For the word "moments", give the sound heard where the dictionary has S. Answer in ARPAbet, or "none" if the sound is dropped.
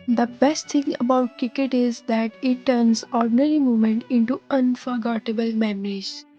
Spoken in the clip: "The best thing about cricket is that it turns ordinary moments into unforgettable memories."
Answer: none